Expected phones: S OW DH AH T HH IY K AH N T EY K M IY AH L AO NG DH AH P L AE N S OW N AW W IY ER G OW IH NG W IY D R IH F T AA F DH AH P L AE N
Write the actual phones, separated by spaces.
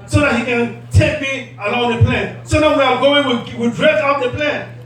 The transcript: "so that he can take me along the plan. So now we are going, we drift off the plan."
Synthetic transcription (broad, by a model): S OW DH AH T HH IY K AH N T EY K M IY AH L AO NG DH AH P L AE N S OW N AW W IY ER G OW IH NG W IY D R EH T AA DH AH P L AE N